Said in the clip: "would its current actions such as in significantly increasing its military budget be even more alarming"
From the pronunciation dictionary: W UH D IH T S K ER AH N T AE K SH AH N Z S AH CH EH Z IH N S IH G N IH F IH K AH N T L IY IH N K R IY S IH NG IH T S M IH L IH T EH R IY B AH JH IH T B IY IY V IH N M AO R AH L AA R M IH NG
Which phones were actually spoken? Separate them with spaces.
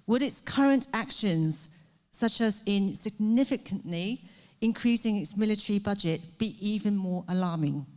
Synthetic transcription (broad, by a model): W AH D IH T S K ER AH N T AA K SH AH N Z S AH CH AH Z IH N S IH G N IH F IH K AH N T L IY IH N K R IY S IH NG IH T S M IH L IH T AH R IY B AH JH IH T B IY IY V IH N M AO R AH L AA M IH NG